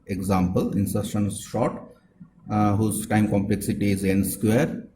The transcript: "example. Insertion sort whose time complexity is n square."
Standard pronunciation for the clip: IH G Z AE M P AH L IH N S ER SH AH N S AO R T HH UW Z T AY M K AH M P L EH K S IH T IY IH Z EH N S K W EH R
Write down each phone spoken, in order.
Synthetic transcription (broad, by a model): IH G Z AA M P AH L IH N S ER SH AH N SH AO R T HH UW Z T AY M K AH M P L EH K S IH T IY IH Z EH N S K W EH R